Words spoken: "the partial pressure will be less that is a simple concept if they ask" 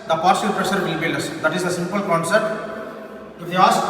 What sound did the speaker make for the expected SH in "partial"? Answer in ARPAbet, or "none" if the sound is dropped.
S